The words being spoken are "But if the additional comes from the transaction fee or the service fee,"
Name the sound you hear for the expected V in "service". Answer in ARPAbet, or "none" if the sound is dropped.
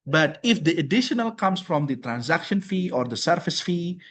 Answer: F